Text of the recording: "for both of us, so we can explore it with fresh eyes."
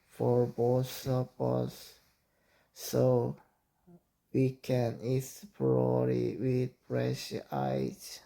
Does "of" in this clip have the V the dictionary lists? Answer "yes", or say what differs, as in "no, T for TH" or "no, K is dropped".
no, P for V